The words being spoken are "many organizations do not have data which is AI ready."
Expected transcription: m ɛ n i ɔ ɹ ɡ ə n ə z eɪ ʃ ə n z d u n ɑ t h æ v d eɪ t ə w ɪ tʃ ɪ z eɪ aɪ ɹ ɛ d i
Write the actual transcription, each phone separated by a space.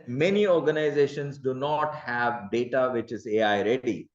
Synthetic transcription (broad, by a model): m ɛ n i ɔ ɹ ɡ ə n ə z eɪ ʃ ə n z d u n ɑ t h æ v d eɪ t ə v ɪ tʃ ɪ z eɪ aɪ ɹ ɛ d i